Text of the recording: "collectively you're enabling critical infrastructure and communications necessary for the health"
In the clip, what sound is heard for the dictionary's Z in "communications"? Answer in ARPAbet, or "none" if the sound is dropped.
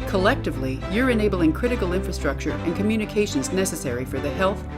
Z